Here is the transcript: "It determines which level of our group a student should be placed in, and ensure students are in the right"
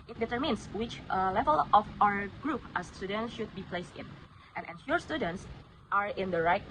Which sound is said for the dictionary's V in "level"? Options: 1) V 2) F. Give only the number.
1